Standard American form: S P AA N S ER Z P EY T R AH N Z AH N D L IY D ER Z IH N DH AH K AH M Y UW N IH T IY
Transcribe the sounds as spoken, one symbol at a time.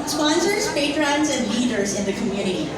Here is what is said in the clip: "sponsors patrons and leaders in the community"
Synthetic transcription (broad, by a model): S P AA N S ER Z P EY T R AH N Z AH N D L IY D ER Z IH N DH AH K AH M Y UW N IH T IY